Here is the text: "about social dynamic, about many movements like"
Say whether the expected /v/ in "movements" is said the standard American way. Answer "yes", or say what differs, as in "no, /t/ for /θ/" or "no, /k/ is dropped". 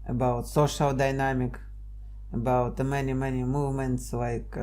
yes